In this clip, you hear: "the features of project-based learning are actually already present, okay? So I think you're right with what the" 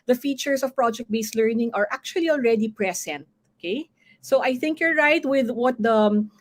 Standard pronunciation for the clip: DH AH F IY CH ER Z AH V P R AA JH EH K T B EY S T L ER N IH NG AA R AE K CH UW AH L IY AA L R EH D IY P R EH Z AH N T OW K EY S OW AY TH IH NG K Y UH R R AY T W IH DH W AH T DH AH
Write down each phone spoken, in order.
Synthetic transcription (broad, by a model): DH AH F IY CH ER S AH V P R AA JH EH K T B EY S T L ER N IH NG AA R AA K CH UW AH L IY AA L R EH D IY P R EH S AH N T OW K EY S OW AY TH IH NG K Y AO R R AY T W IH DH W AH T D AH